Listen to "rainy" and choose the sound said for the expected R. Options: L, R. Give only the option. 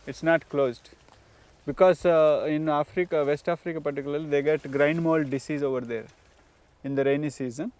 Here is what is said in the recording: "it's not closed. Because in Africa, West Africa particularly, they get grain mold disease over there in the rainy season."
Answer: R